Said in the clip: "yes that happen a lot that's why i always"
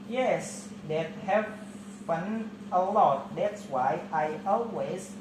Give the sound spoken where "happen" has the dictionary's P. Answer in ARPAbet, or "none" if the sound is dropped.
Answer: F